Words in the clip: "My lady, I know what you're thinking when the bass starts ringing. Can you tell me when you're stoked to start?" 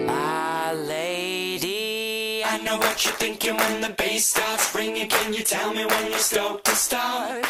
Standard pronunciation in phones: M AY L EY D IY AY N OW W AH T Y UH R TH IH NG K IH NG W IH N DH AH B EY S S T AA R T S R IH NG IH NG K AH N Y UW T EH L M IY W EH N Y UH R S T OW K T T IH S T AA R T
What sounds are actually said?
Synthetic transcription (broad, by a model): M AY L EY D IY AY N OW W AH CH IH TH IH NG K IH NG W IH N DH AH B EY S S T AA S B R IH NG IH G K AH N Y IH T EH L M IY W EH N Y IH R S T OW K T T IH S T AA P